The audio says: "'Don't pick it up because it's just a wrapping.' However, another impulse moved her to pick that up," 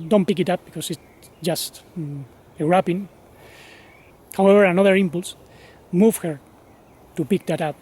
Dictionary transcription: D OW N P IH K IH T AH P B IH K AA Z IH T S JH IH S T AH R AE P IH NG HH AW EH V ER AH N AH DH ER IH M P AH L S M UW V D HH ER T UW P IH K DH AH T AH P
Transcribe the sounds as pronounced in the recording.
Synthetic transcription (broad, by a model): D OW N P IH K IH T AH P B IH K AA S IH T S JH IH S T AH R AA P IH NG HH AW EH V ER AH N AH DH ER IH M P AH L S M UW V HH ER T UW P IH K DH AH T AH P